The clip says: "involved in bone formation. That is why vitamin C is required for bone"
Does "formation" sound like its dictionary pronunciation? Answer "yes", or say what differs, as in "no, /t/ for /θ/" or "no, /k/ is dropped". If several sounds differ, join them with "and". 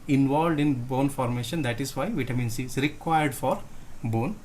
yes